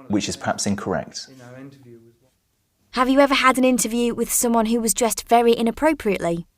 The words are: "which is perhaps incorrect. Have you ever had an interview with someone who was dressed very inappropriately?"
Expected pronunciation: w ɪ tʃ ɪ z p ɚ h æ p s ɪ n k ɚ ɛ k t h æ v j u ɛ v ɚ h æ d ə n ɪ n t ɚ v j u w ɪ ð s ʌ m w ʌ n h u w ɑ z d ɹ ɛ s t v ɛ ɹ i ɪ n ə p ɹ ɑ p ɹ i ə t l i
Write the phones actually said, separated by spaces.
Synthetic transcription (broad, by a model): w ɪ tʃ ɪ z p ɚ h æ p s ɪ n k ɚ ɛ k t h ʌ v j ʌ ɛ v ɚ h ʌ d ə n ɪ n t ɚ v j u w ɪ ð s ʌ m w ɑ n h u w ɑ z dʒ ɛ s t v ɛ ɹ i ɪ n ə p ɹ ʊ p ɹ i ə t l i